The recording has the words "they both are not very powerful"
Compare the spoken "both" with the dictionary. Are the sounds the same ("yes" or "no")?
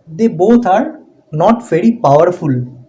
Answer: no